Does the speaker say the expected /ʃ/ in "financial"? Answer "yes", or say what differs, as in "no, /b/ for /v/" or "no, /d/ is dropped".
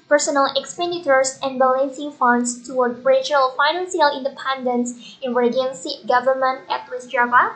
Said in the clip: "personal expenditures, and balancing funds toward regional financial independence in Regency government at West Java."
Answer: no, /s/ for /ʃ/